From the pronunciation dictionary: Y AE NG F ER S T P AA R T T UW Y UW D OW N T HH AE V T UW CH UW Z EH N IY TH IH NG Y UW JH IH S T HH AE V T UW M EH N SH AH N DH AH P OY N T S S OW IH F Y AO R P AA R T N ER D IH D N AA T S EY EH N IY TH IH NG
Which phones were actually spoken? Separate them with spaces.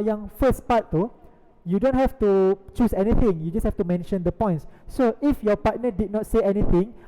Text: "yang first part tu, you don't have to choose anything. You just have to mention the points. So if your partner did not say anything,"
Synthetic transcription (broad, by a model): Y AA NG F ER S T P AA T T UW Y UW D OW N T HH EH F T UW CH UW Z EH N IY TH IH NG Y UW JH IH S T HH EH F T UW M EH N SH AH N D AH P OY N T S S OW IH F Y AO P AA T N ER D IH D N AA T S EY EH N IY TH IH NG